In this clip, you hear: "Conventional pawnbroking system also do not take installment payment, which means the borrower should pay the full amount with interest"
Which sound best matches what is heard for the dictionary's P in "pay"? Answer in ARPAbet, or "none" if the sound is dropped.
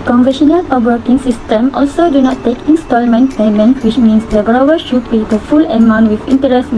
B